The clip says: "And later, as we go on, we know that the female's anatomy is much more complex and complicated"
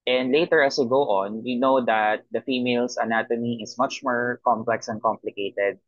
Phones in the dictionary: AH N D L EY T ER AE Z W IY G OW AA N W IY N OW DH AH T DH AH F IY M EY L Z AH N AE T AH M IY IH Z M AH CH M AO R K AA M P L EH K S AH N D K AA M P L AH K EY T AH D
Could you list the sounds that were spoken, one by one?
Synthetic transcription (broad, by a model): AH N D L EY T ER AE S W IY G OW AA N W IY N OW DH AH T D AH F IY M EY L S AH N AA T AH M IY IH S M AH CH M AO R K AA M P L EH K S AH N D K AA M P L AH K EY T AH D